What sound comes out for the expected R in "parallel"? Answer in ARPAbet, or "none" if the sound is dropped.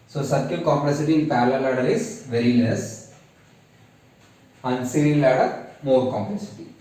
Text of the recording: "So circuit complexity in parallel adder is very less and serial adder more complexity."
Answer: L